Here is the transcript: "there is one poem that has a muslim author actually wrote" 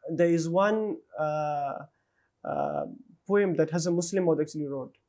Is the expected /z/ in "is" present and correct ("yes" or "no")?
yes